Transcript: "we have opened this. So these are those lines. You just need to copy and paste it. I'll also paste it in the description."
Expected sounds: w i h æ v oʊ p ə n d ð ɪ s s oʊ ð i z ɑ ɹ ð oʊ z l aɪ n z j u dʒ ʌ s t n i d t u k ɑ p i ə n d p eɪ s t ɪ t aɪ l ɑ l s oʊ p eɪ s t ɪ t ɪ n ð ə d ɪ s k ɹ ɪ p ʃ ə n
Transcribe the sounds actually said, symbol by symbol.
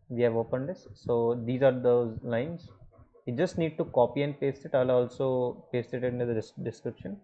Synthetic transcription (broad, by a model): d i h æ v oʊ p ə n d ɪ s s oʊ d i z ɑ ɹ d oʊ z l aɪ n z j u dʒ ʌ s t n i d t u k ɑ p i ə n d p eɪ s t ɪ t aɪ l ɑ l s oʊ p eɪ s t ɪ t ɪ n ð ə d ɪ s k ɹ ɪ p ʃ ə n